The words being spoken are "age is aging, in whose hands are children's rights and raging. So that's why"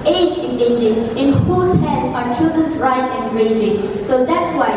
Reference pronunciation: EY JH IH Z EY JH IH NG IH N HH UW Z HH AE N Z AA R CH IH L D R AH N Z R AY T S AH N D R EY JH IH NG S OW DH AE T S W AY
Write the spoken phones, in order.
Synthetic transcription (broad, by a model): EY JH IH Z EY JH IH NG IH N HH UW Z HH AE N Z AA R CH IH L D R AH N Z R AY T AH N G R EY JH IH NG S OW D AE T S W AY